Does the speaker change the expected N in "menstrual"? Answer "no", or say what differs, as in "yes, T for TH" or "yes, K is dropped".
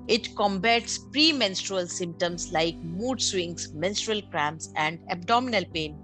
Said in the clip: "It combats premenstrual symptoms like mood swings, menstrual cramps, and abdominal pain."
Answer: no